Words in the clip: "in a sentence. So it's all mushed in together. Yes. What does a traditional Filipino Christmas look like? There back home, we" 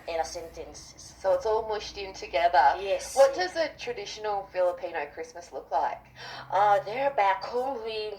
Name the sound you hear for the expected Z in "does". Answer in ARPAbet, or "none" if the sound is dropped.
Z